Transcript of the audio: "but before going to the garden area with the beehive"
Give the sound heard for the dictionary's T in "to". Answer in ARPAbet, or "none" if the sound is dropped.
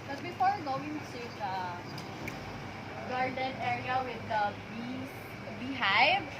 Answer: S